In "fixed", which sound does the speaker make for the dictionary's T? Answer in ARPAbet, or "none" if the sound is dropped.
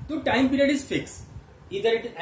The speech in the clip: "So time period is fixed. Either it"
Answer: none